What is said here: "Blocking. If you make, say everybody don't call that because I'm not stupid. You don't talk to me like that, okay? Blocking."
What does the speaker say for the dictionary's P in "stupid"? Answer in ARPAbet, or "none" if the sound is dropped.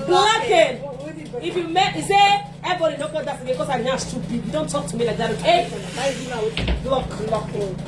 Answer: B